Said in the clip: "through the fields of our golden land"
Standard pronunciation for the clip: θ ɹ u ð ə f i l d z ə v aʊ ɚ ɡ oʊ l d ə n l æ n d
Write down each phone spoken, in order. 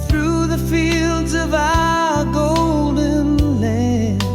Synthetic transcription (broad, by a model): θ ɹ u ð ə f i l d z ə v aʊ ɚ ɡ oʊ l d ə n l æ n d